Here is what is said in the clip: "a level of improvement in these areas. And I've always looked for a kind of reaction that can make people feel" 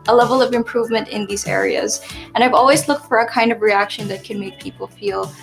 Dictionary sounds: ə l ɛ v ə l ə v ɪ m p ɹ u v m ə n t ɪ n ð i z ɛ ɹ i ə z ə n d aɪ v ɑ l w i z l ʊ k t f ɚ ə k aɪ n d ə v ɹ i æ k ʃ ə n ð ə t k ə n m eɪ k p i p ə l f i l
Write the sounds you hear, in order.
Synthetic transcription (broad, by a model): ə l ɛ v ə l ə v ɪ m p ɹ u v m ə n t ɪ n ð i z ɛ ɹ i ə z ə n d aɪ v ɑ l w i z l ʊ k t f ɚ ə k aɪ n d ə v ɹ i æ k ʃ ə n ð ə t k ə n m eɪ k p i p l f i l